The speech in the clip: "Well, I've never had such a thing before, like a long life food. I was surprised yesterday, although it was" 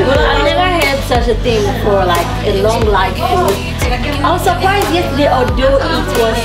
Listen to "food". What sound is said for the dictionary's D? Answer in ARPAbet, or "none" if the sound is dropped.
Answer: none